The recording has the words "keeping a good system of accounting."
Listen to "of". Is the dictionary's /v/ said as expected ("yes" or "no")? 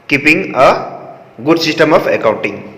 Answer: no